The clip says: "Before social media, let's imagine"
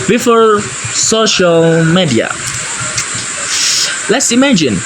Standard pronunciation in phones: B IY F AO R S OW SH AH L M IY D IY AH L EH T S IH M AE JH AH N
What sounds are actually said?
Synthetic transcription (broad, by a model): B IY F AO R S OW SH AH L M IY D IY AH L EH T S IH M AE JH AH N